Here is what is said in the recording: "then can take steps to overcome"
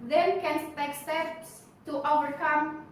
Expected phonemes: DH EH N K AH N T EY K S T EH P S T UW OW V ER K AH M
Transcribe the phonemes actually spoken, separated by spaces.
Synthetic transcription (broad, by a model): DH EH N K AH N S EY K S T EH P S T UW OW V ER K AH M